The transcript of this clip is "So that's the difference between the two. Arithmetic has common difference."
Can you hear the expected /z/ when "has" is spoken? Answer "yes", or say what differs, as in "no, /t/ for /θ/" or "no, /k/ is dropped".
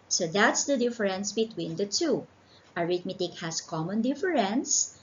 no, /s/ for /z/